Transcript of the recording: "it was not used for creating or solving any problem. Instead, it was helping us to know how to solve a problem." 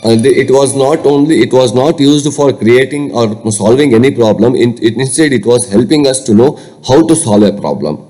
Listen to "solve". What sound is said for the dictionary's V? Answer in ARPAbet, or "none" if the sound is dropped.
V